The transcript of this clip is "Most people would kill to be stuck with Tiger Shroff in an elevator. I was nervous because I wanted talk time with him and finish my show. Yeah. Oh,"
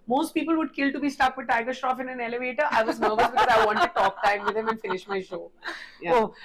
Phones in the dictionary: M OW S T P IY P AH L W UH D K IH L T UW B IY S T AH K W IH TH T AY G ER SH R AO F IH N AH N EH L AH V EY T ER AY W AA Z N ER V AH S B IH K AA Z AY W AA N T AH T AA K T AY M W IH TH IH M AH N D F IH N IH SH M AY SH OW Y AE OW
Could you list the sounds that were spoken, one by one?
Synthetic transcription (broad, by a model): M OW S T P IY P AH L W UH D K IH L T UW B IY S T AH K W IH T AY G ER SH R AO F IH N AH N EH L AH V EY T ER AY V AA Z N ER V AH S B IH K AA Z AY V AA N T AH T AA K T AY M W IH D IH M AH N F IH N IH SH M AY SH OW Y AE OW